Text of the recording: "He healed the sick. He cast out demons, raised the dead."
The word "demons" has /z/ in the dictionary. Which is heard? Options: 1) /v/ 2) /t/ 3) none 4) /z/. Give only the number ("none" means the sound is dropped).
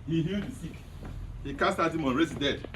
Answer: 3